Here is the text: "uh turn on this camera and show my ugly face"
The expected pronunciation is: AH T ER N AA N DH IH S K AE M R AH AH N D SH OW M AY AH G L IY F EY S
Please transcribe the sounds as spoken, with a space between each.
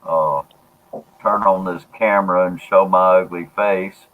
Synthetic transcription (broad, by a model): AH T ER N N DH IH S K AE M R AH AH N SH OW M AY AH G L IY F EY S